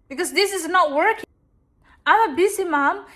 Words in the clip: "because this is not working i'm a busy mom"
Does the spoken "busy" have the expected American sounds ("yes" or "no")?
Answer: no